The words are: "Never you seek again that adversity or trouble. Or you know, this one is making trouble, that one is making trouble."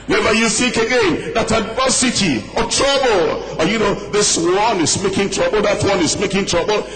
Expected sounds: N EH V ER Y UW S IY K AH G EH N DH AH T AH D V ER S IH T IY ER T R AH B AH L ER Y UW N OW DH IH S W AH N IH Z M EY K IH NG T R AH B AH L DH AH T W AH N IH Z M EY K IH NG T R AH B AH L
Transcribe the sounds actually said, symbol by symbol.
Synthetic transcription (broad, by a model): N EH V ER Y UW TH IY K AH G EH N DH AH T AH D V ER S IH T IY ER T R AH B AH L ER Y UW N OW DH IH S W AH N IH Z M EY K IH NG T R AH B AH L DH AH T W AH N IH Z M EY K IH NG T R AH B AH L